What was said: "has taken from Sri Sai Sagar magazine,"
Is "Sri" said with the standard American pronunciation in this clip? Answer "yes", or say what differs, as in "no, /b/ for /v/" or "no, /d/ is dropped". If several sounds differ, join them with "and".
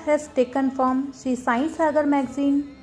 no, /ɹ/ is dropped